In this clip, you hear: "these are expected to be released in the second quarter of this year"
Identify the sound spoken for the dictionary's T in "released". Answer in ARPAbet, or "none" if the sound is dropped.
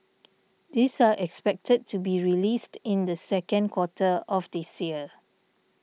T